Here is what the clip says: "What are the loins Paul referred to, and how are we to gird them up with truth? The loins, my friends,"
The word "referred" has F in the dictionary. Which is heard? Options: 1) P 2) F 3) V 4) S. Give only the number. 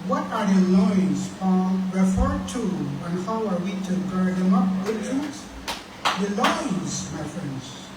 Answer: 2